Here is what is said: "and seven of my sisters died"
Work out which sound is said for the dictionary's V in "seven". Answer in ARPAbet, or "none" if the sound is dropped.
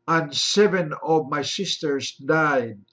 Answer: V